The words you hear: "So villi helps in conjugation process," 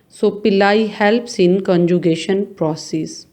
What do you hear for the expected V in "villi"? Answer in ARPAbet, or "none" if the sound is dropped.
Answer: P